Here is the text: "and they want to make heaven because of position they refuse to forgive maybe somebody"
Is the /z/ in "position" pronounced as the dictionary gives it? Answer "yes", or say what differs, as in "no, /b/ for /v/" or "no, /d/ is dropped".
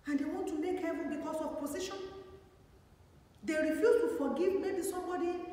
no, /s/ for /z/